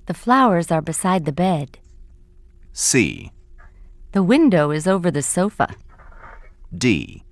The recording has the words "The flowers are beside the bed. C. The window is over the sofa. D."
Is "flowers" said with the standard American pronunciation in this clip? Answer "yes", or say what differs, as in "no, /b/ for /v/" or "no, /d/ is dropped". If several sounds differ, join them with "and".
yes